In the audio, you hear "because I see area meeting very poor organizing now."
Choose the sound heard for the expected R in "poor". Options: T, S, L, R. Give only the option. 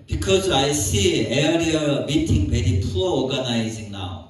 L